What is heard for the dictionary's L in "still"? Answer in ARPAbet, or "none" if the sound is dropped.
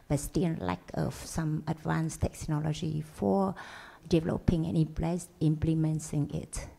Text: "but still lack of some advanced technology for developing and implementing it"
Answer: N